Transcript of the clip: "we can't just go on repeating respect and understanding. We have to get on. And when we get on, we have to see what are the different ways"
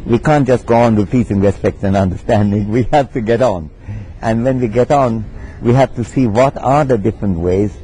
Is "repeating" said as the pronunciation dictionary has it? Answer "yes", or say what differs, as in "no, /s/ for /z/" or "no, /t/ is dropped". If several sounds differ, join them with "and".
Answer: no, /w/ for /ɹ/ and /s/ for /t/